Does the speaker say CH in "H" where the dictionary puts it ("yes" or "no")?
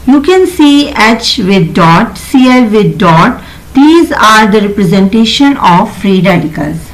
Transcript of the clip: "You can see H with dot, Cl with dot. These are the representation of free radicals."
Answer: yes